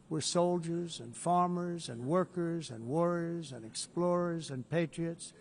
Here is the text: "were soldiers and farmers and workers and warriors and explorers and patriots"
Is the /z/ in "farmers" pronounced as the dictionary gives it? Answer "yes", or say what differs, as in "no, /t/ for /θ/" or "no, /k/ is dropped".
yes